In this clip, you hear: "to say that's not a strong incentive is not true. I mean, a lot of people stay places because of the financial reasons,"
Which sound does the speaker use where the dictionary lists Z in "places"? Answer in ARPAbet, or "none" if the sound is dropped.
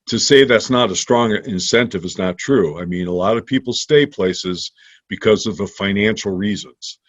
Z